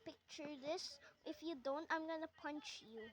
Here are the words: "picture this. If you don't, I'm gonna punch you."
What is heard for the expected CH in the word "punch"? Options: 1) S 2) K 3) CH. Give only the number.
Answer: 3